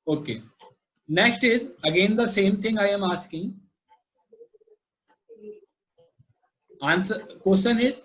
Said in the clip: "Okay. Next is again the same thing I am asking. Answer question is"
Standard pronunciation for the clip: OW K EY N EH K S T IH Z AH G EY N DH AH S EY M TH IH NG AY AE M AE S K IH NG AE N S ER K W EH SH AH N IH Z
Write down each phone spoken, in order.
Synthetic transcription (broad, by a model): OW K EY N EH K S T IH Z AH G EY N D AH S EY M T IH NG AY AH M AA S K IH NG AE N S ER K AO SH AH N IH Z